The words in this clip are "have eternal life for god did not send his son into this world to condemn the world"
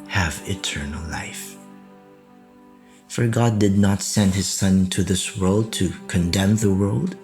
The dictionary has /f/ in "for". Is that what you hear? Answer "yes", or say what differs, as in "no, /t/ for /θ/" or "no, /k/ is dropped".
yes